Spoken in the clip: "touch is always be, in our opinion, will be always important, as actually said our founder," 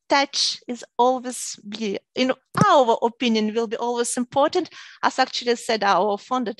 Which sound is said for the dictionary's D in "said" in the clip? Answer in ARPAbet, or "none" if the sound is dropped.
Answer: D